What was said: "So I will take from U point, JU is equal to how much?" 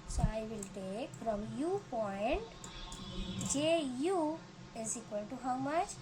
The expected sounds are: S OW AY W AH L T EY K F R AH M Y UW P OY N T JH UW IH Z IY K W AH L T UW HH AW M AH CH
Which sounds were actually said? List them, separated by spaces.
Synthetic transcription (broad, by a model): S OW AY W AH L T EY K F R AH M Y UW P OY N T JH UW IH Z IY K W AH N T UW HH AW M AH CH